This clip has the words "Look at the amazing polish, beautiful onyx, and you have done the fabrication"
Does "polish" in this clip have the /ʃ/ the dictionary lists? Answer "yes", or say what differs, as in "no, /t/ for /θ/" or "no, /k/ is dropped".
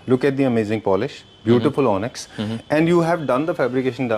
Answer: yes